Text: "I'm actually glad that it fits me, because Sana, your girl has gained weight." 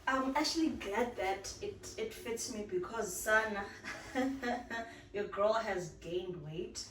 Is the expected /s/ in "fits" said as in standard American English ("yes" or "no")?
yes